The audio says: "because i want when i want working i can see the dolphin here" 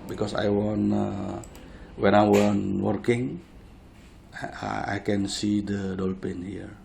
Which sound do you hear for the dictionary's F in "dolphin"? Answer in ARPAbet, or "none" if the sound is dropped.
P